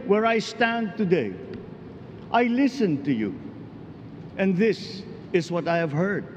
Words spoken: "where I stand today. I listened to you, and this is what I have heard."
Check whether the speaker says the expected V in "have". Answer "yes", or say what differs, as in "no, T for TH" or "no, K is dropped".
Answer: yes